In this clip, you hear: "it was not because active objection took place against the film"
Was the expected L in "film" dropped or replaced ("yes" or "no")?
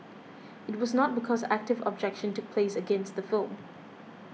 no